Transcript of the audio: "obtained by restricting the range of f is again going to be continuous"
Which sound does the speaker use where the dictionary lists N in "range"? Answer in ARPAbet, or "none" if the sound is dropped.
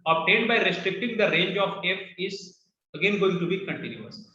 N